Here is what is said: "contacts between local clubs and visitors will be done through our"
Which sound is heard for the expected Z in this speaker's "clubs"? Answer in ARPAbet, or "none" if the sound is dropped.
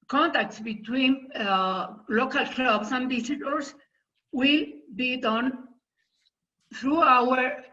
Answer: S